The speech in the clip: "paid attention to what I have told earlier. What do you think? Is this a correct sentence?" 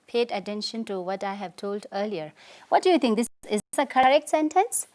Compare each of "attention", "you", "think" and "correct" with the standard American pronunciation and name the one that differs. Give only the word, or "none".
think